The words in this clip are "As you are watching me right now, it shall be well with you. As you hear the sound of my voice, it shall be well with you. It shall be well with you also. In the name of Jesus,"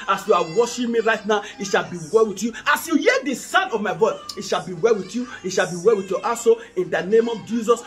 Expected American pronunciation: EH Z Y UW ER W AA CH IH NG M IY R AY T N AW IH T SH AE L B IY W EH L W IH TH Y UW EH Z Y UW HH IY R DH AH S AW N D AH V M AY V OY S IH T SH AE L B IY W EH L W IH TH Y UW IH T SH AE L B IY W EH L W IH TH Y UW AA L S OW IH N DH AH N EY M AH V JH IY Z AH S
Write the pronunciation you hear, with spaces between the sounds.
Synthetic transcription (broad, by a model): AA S Y UW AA W AA SH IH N M IY R AY T N AW IH T SH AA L B IY W EH L W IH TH Y UW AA S Y UW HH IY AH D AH S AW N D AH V M AY V OY S IH T SH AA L B IY W EH L W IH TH Y UW IH T SH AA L B IY W EH L W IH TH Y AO AA S OW IH N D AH N EY M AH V JH IY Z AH S